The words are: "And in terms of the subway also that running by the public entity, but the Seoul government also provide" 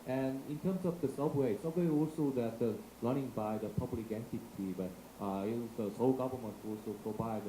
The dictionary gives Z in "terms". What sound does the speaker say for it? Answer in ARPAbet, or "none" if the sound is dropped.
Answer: S